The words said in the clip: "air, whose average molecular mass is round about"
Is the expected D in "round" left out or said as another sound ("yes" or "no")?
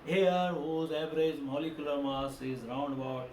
no